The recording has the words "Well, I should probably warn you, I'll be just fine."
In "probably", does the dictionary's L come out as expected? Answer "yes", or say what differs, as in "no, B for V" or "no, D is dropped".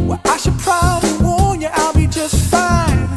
yes